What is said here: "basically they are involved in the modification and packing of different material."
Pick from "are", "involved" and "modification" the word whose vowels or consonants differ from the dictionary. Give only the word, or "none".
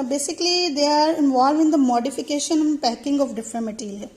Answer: involved